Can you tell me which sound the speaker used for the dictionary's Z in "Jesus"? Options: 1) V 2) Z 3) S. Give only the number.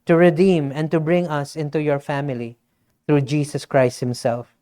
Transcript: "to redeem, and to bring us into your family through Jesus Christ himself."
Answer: 3